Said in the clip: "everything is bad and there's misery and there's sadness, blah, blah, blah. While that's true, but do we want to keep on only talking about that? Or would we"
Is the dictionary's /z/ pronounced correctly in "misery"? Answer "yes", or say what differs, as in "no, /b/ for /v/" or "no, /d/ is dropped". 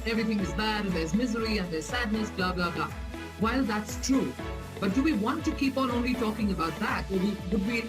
yes